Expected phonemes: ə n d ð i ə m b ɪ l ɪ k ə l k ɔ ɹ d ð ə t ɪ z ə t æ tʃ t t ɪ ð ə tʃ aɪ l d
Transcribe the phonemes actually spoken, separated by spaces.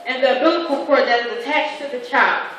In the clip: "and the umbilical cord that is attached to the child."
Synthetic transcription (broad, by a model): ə n ð i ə b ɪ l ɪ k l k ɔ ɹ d ð ə t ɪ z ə t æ tʃ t t ɪ ð ə tʃ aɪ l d